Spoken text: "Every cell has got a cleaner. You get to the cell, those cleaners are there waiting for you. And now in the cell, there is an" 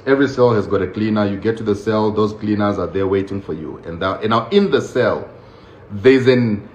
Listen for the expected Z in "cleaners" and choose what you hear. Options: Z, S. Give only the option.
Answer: Z